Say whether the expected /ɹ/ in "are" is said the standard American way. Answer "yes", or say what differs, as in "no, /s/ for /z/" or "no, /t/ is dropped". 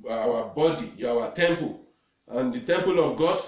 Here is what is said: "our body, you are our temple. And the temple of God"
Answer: no, /w/ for /ɹ/